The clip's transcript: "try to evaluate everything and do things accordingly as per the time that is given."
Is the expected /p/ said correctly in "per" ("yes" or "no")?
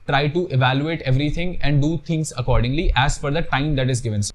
no